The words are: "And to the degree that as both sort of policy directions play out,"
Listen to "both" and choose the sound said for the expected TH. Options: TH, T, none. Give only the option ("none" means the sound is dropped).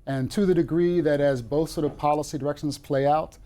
TH